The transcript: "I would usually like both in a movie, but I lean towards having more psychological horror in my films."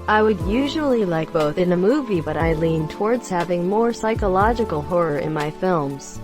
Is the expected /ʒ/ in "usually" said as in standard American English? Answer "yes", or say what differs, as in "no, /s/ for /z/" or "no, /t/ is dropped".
yes